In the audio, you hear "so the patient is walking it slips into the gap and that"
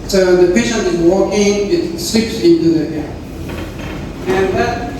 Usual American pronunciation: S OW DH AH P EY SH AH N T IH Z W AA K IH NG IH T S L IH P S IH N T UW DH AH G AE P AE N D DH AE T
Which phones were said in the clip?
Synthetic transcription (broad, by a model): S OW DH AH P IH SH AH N IH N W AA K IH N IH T S L IH P S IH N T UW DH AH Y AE AE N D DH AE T